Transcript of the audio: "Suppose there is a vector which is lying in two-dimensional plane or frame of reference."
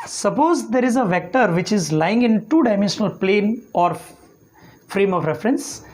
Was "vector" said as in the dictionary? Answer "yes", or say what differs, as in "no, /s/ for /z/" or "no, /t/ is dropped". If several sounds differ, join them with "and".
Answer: yes